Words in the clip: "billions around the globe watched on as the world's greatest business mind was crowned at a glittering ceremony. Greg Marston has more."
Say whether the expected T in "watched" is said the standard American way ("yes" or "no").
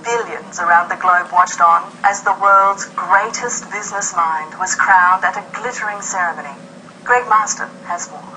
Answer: yes